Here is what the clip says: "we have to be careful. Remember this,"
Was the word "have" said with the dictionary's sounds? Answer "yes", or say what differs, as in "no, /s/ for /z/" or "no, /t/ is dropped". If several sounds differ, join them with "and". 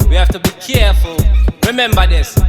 no, /f/ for /v/